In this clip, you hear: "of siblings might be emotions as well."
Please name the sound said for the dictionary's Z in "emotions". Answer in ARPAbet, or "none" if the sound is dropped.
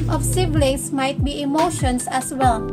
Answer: S